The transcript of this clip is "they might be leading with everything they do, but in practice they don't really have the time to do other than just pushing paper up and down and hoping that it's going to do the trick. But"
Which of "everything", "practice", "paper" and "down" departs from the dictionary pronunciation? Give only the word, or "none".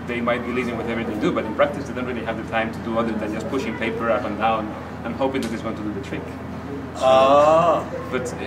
everything